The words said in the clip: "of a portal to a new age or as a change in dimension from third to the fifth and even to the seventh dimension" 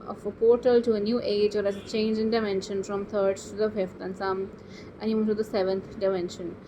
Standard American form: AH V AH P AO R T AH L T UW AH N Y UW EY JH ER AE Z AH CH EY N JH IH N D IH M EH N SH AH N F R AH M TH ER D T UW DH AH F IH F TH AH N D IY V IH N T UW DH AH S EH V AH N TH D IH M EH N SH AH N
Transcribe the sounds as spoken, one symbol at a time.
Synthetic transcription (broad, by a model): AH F AH P AO R T AH L T UW AH N Y UW EY JH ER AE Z AH CH EY N JH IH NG D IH M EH N SH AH N F R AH M T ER D T UW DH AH F IH F T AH N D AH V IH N T UW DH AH S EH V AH N T D IH M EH N SH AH N